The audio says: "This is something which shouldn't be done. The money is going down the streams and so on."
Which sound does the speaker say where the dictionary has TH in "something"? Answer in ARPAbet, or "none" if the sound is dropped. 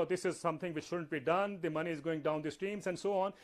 T